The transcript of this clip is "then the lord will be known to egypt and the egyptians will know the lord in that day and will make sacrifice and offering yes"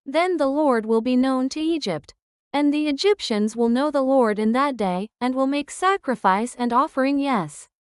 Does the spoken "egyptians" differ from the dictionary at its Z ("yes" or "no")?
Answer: no